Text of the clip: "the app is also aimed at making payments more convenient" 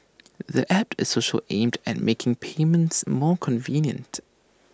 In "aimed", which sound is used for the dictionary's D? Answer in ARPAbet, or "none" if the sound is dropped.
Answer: D